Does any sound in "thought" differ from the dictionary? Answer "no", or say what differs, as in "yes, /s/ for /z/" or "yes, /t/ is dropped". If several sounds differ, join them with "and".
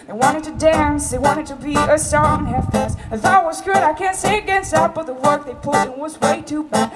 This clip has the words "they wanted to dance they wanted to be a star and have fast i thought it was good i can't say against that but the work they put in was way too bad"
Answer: yes, /t/ is dropped